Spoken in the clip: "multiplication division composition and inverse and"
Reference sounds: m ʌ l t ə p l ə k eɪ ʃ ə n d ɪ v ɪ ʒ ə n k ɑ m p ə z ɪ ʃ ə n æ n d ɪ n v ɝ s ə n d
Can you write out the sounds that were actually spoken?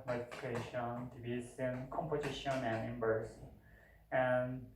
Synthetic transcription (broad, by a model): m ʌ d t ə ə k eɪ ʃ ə n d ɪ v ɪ s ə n k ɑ m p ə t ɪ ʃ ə n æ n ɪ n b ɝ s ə n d